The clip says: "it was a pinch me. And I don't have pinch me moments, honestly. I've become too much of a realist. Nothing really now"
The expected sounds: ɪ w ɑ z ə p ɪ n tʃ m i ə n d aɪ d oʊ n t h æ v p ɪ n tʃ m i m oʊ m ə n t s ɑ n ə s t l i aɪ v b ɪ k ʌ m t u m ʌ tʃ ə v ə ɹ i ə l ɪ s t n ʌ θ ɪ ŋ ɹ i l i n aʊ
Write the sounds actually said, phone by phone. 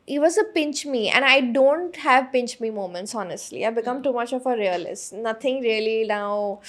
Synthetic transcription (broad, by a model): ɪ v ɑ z ə p ɪ n tʃ m i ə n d aɪ d oʊ n t h æ v p ɪ n tʃ m i m oʊ m ə n t s ɑ n ə s t l i aɪ b ɪ k ʌ m t u m ʌ tʃ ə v ə ɹ i ə l ɪ s t n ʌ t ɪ ŋ ɹ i l i n aʊ